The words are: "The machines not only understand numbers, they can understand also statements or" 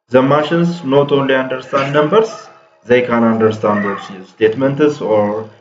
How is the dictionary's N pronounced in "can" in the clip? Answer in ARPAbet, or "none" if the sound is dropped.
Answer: N